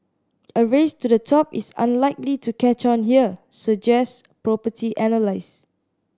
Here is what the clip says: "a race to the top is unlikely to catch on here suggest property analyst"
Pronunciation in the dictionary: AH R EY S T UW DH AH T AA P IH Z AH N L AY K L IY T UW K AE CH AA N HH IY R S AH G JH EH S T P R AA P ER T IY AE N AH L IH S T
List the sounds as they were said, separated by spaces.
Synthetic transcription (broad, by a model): AH R EY S T UW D AH T AA P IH S AH N L AY K L IY T UW K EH CH AA N HH IY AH S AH JH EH S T P R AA P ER T IY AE N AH L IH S